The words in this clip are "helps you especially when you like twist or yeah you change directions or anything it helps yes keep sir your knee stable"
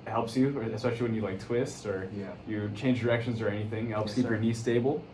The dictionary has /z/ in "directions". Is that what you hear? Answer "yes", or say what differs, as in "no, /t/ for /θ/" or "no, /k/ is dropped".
yes